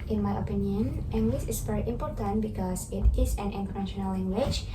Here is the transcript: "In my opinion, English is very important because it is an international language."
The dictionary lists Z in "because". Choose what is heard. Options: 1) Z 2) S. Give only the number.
2